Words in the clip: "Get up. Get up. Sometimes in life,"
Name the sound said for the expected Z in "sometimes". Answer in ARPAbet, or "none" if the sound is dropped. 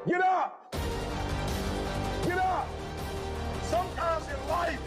Z